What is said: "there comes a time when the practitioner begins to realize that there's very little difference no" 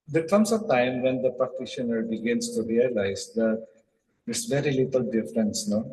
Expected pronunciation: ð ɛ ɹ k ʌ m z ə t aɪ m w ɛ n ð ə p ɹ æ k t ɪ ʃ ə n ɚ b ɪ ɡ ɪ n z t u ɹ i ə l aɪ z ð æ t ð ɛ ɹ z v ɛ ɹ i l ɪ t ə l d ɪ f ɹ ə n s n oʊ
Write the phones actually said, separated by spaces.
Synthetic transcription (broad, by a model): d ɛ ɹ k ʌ m s ə t aɪ m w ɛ n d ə p æ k t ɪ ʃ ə n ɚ b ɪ ɡ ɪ n s t u ɹ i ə l aɪ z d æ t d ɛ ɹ s v ɛ ɹ i l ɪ t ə l d ɪ f ɹ ə n s n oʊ